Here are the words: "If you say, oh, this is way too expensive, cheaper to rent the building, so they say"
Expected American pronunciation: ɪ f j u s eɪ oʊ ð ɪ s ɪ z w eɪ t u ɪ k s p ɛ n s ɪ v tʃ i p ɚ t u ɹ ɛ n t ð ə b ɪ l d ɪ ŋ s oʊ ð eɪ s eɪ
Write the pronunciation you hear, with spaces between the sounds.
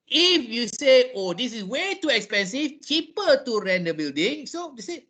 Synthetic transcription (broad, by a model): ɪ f j u s eɪ oʊ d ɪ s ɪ s w eɪ t u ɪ k s p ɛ n s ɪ f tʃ i p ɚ t u ɹ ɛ n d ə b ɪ l d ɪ ŋ s oʊ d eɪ s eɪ